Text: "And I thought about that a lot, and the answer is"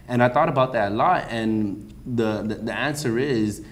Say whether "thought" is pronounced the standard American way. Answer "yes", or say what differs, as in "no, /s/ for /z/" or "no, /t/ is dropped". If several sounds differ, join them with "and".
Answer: yes